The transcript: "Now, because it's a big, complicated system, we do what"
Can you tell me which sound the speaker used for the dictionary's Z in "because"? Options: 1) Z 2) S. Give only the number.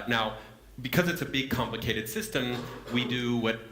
1